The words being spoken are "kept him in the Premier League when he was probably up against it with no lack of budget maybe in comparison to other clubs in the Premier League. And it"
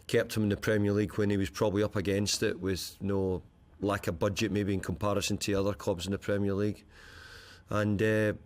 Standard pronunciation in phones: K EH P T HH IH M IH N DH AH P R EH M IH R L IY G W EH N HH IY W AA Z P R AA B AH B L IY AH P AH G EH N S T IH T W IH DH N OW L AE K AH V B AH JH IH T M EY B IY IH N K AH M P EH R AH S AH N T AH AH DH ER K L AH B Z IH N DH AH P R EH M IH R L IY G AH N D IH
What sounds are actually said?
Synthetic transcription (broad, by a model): K EH P T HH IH M IH N DH AH P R EH M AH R L IY G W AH N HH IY W AA Z P R AA B AH B L IY AH P AH G EH N S T IH T W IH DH N OW L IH K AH B AH JH IH T M EY B IY IH N K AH M P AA R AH S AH N T AH AH DH ER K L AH B Z IH N DH AH P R EH M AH R L IY G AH N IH